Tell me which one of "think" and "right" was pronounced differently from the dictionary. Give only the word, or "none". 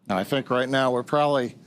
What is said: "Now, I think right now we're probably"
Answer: none